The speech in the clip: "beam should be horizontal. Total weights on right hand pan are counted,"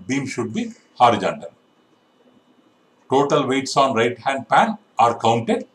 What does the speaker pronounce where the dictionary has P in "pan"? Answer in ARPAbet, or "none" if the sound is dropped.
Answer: P